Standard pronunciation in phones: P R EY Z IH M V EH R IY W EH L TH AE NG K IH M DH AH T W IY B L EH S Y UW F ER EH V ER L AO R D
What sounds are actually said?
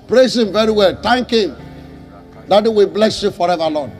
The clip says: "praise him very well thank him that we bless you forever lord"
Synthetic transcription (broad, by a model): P R EY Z IH M V EH R IY W EH L T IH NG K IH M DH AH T W IY B L EH S Y UW F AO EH V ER L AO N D